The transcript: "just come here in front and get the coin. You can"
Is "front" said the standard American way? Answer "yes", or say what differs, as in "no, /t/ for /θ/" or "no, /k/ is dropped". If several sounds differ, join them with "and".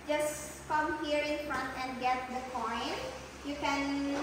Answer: yes